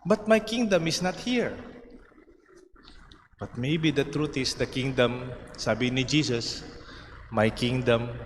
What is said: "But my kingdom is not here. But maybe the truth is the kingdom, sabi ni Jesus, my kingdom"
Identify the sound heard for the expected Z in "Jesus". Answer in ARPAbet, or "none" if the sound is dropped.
S